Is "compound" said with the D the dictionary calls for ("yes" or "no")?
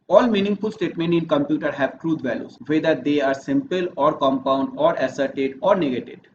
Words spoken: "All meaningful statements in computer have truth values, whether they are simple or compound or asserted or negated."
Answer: yes